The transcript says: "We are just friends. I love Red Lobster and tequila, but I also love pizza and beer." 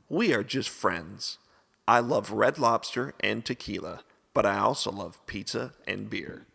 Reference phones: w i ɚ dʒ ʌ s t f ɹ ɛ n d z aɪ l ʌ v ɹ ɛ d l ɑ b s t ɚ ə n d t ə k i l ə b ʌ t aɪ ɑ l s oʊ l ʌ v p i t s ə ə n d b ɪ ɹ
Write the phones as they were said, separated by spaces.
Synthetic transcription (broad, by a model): w i ɚ dʒ ʌ s t f ɹ ɛ n d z aɪ l ʌ v ɹ ɛ d l ɑ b s t ɚ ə n t ə k i l ə b ʌ t aɪ ɑ l s oʊ l ʌ v p i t ə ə n b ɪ ɹ